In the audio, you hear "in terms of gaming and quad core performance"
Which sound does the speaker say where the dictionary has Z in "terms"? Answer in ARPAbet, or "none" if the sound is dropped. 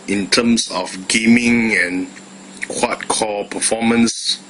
S